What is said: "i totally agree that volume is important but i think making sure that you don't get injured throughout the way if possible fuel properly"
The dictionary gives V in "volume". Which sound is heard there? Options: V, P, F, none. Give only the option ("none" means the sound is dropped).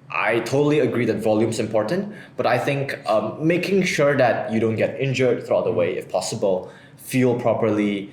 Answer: V